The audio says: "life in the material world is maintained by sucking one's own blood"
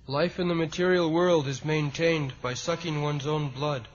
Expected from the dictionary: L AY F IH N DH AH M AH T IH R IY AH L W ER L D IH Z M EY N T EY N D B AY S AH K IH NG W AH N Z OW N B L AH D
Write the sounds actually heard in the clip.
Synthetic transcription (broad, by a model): L AY F IH N DH AH M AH T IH R IY L W ER L D IH Z M EY N T EY N B AY S AH K IH NG W AH N Z OW N B L AH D